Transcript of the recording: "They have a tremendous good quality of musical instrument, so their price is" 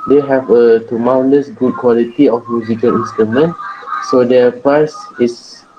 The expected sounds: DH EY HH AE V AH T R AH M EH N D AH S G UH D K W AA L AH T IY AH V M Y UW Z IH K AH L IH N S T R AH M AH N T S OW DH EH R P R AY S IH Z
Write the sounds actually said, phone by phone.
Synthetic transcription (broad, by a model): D EY HH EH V AH T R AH M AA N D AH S G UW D K W AA L AH T IY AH F M Y UW Z IH K AH L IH N S T R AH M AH N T S OW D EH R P AY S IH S